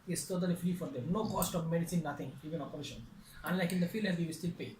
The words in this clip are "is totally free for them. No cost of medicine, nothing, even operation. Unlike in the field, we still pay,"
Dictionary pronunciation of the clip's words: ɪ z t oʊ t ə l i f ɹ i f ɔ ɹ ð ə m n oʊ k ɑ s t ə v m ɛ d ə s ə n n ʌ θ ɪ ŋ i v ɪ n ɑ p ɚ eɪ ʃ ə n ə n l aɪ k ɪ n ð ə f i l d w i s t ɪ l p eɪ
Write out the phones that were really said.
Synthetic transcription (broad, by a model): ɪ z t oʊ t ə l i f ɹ i f ɔ ɹ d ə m n oʊ k ɑ s t ə v m ɛ d ə s ə n n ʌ t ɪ ŋ i v ɪ n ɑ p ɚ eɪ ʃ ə n ə n l aɪ k ɪ n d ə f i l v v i s t ɪ l p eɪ